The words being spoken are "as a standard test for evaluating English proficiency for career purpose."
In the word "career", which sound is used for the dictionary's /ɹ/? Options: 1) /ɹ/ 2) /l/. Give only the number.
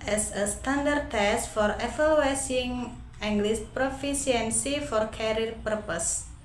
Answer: 2